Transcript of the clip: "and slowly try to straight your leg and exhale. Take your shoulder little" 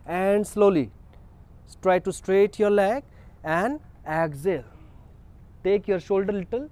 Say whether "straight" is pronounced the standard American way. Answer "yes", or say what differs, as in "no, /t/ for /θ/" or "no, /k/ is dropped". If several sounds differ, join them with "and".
yes